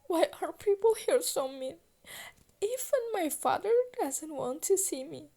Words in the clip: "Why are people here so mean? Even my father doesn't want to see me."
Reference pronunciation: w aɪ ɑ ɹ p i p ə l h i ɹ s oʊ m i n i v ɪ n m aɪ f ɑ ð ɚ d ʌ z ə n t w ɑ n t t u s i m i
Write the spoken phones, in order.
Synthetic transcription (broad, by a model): w aɪ ɑ ɹ p i p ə l h i ɹ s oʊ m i i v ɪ n m aɪ f ɑ ð ɚ d ʌ z ə n t w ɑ n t t u s i m i